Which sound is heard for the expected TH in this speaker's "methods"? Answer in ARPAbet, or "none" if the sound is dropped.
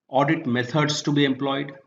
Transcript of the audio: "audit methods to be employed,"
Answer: T